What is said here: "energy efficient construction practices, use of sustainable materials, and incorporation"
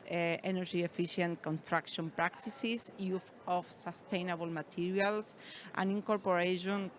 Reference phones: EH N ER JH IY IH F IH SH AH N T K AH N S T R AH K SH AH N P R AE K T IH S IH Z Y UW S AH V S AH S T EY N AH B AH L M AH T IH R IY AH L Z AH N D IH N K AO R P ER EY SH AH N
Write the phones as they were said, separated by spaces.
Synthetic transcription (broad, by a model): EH N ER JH IY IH F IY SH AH N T K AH N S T R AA K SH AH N P R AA K T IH S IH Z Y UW TH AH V S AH S T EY N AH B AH L M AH T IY R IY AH L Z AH N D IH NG K AO R P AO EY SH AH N